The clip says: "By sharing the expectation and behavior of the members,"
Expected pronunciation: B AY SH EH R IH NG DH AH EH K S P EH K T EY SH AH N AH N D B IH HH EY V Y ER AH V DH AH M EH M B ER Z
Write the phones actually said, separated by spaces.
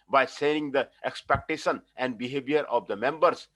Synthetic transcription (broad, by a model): B AY S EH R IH NG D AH EH K S P EH K T EY SH AH N AH N D B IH HH EY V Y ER AH V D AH M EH M B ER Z